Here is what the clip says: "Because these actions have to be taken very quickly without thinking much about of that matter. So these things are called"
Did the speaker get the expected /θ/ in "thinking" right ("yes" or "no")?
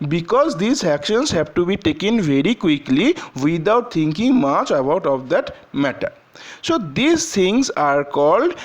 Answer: no